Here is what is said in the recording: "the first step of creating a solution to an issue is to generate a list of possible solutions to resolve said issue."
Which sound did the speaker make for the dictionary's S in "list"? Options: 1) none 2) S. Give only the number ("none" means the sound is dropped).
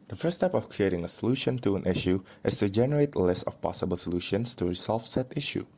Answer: 2